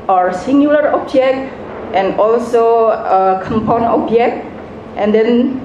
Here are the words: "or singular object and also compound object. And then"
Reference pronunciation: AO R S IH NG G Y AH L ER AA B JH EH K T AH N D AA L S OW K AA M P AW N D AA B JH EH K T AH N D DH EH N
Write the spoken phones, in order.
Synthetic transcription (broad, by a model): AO R S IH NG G Y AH L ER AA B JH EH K T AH N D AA L S OW K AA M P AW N AA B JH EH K T AH N D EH N